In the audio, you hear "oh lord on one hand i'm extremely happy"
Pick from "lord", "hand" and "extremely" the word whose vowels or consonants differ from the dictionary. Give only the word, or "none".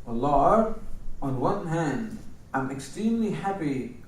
lord